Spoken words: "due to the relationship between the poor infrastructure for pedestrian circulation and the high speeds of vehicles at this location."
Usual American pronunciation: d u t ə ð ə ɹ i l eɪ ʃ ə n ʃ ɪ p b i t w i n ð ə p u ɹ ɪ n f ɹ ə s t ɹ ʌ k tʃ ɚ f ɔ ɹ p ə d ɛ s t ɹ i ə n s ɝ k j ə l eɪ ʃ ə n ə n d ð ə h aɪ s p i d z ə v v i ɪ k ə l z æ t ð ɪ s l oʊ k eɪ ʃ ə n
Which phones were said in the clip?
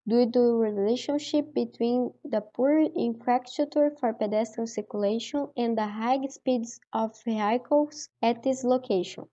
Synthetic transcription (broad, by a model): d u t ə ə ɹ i l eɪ ʃ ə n ʃ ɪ p b i t w i n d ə p u ɹ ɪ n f ɹ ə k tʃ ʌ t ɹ f ɔ ɹ p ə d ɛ s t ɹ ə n s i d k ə l eɪ ʃ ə n ə n d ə h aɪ s p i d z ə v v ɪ k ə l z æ t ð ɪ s l oʊ k eɪ ʃ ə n